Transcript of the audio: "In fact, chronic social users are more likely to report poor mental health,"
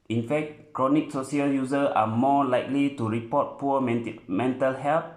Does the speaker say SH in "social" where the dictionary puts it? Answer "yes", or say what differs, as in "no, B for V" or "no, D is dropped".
no, S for SH